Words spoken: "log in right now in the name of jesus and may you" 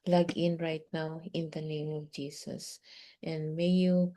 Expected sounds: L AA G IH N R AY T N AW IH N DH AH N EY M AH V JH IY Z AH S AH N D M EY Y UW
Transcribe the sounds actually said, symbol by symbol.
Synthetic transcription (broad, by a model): L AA G IH N R AY T N AW IH N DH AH N EY M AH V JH IY S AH S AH N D M EY Y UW